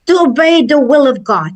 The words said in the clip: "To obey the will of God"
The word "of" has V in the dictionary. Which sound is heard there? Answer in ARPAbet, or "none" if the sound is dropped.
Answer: V